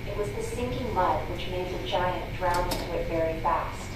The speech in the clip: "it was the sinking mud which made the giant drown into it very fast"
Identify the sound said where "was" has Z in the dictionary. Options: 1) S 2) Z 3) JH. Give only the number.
2